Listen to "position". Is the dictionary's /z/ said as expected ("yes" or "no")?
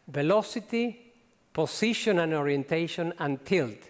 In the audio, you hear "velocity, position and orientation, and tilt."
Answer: no